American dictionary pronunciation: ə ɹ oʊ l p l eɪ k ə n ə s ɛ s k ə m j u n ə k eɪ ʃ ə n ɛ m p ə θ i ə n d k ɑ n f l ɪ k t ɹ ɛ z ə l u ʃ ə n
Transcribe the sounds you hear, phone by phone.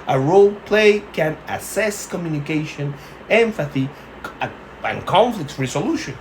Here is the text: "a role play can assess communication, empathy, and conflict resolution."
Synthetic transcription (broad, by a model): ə ɹ oʊ l p l eɪ k ə n ə s ɛ s k ə m j u n ə k eɪ ʃ ə n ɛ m f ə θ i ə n k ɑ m f l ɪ k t ɹ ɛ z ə l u ʃ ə n